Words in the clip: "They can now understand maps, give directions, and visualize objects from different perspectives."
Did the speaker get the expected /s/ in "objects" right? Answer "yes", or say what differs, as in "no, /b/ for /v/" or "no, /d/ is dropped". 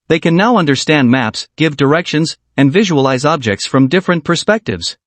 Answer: yes